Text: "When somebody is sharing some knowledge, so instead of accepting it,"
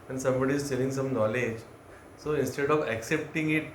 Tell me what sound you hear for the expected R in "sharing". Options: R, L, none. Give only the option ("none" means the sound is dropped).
L